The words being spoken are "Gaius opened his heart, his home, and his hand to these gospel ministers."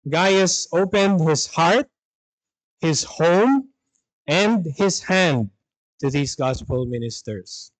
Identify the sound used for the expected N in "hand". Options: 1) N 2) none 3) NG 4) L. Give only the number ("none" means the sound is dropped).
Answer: 1